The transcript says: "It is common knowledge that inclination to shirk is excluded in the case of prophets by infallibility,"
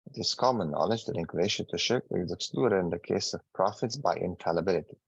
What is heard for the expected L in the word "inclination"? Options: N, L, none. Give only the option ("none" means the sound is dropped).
none